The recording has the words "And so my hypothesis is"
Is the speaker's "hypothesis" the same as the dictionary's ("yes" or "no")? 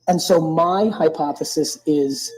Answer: yes